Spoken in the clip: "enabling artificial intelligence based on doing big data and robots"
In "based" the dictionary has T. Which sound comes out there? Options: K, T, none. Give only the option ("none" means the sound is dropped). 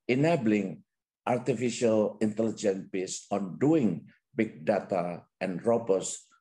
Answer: none